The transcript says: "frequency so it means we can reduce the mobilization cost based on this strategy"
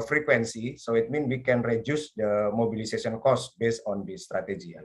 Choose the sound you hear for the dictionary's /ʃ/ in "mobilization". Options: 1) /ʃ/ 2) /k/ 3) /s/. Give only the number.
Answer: 3